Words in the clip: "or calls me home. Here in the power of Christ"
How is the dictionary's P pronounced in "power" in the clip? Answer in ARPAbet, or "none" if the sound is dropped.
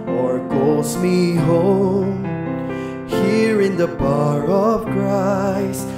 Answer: B